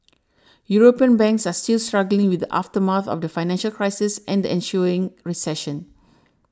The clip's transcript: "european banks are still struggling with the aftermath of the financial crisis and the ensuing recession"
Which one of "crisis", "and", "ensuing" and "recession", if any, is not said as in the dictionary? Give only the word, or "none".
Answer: ensuing